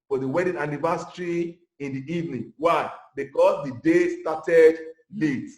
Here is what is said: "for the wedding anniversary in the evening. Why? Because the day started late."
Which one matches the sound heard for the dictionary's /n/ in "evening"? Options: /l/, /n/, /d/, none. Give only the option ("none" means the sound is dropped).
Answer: /n/